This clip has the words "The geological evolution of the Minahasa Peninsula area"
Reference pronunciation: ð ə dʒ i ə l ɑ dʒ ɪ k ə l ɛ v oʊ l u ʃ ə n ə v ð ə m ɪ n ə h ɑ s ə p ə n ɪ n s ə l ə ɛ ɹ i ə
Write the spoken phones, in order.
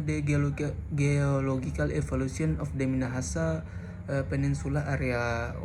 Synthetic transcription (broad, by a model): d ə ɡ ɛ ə l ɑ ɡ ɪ k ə l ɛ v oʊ l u s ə n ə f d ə m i n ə h ɑ s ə p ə n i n s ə l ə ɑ ɹ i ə